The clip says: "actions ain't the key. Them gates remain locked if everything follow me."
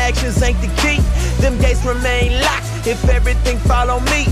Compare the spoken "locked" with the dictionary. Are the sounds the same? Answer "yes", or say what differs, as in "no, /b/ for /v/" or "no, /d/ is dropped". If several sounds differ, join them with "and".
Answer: no, /t/ is dropped